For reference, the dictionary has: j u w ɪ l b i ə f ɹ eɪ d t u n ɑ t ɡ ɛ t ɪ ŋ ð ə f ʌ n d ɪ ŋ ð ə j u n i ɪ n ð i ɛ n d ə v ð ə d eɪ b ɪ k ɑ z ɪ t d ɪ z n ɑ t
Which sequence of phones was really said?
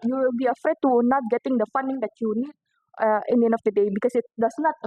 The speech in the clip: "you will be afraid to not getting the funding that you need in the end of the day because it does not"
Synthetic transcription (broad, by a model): j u w ɪ l b i ə f ɹ eɪ d t u n ɑ t ɡ ɛ t ɪ ŋ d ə f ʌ n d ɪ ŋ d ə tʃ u n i ɪ n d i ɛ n ə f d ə d eɪ b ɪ k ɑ s ɪ t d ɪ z n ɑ t